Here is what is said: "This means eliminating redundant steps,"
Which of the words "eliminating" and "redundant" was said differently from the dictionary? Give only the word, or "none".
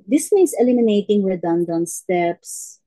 redundant